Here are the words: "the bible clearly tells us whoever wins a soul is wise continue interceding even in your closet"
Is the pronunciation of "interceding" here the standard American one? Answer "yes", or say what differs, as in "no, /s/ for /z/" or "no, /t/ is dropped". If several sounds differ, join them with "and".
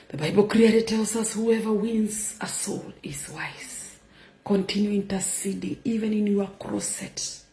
yes